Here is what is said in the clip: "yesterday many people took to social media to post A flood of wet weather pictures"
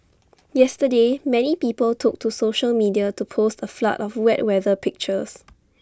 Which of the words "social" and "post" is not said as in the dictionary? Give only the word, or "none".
none